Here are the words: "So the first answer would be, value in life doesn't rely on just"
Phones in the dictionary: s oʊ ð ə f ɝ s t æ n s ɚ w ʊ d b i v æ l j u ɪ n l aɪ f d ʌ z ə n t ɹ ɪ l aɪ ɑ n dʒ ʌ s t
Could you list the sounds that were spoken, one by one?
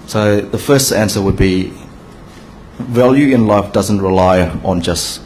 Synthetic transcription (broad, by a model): s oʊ ð ə f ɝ s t æ n s ɚ w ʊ d b i v æ l j u ɪ n l aɪ f d ʌ z ə n t ɹ ɪ l aɪ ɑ n dʒ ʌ s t